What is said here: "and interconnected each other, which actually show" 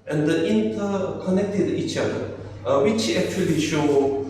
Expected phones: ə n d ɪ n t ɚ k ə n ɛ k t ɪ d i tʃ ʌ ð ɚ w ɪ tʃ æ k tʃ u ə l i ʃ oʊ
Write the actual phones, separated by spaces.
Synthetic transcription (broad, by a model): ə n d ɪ n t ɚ k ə n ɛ k t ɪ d i tʃ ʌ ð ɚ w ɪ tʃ æ k tʃ u ə l i ʃ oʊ